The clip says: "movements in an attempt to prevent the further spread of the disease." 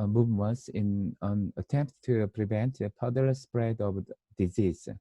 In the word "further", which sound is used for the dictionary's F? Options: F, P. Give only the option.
P